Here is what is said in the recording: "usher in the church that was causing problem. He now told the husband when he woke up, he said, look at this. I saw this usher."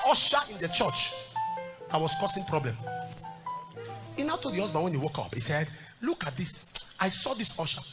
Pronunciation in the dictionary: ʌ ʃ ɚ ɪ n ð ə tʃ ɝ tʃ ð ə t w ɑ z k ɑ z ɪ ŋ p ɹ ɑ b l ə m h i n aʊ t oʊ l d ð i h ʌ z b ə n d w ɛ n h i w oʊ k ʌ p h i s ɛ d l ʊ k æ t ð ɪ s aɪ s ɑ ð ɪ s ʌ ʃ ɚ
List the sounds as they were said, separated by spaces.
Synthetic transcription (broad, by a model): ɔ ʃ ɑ ɪ n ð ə tʃ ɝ tʃ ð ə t w ɑ s k ɑ s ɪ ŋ p ɹ ɑ b l ə m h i n aʊ t oʊ l d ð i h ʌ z b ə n w ɛ n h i w oʊ k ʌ p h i s ɛ d l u k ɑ t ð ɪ s aɪ s ɑ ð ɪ s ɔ ʃ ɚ